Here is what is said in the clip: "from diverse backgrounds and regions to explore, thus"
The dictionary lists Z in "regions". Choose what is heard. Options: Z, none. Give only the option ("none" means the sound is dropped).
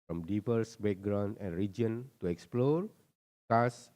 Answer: none